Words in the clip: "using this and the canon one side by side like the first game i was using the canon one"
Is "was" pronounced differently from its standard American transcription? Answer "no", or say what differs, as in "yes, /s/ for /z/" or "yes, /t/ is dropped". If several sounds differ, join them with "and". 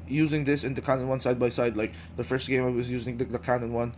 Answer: no